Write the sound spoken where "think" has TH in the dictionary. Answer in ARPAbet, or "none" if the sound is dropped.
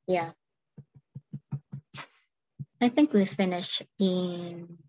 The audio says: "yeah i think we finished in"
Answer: TH